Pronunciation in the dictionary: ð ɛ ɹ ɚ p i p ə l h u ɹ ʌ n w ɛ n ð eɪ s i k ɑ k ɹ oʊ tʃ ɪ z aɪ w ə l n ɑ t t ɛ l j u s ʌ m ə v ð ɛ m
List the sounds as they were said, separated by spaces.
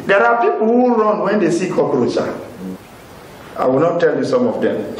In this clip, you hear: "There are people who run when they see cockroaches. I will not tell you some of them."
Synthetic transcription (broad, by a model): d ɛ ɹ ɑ p i p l h u ɹ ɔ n w ɛ n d eɪ s i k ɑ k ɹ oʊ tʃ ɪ aɪ w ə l n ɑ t t ɛ l j u s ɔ m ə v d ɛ m